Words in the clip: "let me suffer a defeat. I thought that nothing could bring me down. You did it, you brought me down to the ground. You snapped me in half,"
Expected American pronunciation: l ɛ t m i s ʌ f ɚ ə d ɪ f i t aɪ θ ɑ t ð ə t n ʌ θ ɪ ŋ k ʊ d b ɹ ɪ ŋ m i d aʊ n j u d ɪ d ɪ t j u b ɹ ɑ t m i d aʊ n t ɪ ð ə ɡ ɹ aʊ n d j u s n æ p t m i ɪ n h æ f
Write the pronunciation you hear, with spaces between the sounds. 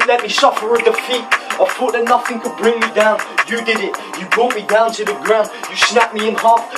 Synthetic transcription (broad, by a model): l ɛ t m i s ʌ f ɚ ə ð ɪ f i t aɪ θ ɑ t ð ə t n ʌ θ ɪ ŋ k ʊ d b ɹ ɪ ŋ m i d aʊ n j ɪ d ɪ d ɪ t j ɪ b ɑ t m i d aʊ n t ɪ ð ə ɡ ɹ aʊ n d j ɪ s n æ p m i ɪ n h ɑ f